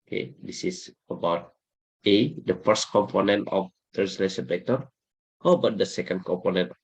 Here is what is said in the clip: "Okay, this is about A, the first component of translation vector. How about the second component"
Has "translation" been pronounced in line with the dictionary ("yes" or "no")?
no